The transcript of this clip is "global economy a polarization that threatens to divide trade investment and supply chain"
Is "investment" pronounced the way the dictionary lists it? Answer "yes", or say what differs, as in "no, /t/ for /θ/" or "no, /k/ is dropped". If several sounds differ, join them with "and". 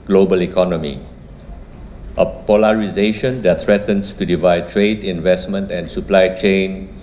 yes